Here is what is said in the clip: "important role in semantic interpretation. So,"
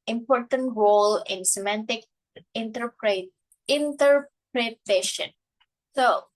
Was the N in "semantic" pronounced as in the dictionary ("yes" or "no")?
yes